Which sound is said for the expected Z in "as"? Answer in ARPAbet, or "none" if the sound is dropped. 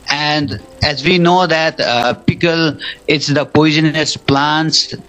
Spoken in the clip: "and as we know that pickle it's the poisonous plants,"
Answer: Z